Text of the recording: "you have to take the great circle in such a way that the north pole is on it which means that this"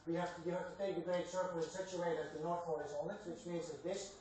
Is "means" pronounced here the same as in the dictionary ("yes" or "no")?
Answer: yes